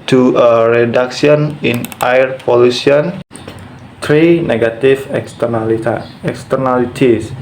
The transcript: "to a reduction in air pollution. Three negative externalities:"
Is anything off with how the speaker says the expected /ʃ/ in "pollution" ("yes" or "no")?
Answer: yes